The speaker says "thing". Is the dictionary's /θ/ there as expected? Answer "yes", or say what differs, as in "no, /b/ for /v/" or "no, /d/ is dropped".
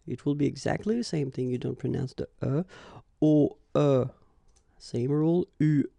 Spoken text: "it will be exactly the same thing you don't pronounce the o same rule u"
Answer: yes